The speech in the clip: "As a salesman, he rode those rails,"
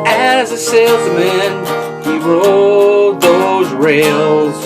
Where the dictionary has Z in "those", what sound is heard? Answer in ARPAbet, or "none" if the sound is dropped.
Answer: Z